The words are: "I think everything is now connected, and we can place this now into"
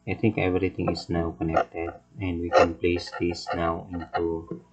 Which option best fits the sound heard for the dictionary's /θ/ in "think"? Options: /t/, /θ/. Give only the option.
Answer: /t/